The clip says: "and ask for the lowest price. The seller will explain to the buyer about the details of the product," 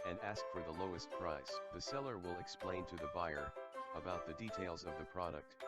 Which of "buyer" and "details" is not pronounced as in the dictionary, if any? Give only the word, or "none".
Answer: none